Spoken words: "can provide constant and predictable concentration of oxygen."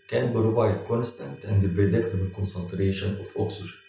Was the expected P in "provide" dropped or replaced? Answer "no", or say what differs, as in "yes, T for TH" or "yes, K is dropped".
yes, B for P